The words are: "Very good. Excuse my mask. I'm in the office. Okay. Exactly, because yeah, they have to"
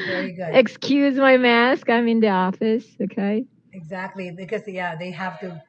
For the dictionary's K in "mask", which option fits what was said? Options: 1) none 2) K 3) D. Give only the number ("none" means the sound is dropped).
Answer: 2